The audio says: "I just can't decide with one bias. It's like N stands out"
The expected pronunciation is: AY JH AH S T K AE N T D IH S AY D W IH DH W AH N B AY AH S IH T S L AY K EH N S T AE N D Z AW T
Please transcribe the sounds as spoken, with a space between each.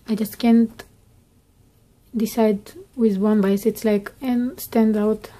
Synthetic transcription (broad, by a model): AY JH AH S T K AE N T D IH S AY D W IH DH W AH N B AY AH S IH T S L AY K EH N S T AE N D AW T